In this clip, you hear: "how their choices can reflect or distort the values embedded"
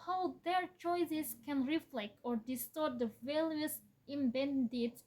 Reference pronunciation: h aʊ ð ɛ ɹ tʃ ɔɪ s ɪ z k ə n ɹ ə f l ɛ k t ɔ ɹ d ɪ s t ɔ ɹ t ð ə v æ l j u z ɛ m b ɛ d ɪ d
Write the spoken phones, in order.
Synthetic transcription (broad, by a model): h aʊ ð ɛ ɹ tʃ ɔɪ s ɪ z k ə n ɹ ə f l ɛ k t ɔ ɹ d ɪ s t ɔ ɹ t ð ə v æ l j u s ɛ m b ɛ d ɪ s